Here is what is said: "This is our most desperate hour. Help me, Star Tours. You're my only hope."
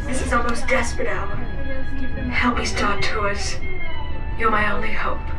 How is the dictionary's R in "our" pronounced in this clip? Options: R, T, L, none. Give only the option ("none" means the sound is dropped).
L